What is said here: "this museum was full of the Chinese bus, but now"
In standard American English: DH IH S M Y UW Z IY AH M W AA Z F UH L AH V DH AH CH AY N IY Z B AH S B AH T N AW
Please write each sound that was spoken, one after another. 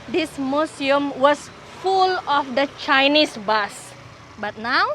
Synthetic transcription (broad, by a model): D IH S M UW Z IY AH M W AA S F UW L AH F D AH CH AY N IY S B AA S B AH T N AW